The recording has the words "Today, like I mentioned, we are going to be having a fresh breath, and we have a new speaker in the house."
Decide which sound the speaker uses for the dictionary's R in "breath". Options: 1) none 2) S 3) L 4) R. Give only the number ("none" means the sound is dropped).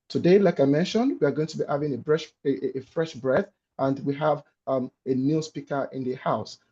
4